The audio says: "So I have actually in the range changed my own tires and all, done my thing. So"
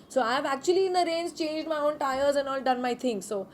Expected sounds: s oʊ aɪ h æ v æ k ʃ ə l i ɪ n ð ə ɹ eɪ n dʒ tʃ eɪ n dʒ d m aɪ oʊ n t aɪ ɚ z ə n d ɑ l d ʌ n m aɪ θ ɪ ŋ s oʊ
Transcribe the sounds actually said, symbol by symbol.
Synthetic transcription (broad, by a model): s oʊ aɪ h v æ k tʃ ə l i ɪ n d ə ɹ eɪ n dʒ tʃ eɪ n dʒ d m aɪ oʊ n t aɪ ɚ z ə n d ɑ l d ʌ n m aɪ t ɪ ŋ s oʊ